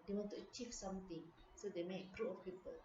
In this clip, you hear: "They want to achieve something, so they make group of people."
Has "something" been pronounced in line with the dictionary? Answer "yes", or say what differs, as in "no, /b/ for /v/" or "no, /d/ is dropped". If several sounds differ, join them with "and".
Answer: no, /t/ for /θ/